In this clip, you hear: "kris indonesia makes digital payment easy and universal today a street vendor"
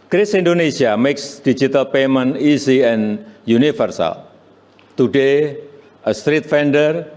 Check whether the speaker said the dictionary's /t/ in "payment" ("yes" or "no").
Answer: no